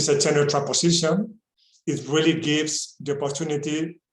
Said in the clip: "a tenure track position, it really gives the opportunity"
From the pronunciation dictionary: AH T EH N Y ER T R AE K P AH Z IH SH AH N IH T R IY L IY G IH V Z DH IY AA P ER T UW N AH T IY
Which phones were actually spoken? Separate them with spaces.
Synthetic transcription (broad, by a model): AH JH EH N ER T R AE P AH S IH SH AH N IH T R IY L IY G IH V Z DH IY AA P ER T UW N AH T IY